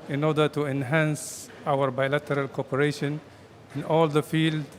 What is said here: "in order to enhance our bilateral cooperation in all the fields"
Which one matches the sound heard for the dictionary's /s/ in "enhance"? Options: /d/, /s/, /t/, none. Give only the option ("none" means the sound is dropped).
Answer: /s/